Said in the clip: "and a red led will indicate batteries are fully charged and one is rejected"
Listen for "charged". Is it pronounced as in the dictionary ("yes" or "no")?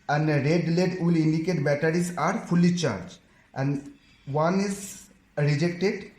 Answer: no